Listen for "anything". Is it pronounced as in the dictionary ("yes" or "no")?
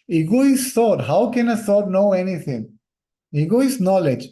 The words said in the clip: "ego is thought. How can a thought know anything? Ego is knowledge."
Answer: no